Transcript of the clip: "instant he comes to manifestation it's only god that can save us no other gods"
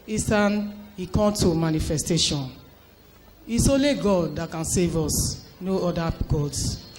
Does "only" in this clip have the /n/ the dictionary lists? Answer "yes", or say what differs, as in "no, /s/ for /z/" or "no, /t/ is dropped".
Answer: no, /n/ is dropped